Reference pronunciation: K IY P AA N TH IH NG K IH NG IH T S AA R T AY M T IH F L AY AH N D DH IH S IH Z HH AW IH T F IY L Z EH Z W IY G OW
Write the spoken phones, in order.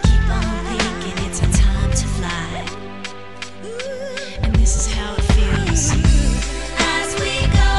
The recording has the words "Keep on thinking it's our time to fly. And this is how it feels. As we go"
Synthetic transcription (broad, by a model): K IY P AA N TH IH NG K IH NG IH T S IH T AY M T IH F L AY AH N DH IH S IH Z HH AW IH T F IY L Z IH Z W IY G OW